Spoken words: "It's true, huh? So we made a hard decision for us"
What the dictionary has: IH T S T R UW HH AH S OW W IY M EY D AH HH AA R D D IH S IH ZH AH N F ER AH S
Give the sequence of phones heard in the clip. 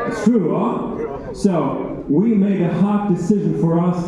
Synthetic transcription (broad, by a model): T T R UW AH S OW W IY M EY D AH HH AA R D D IH S IH ZH AH N F ER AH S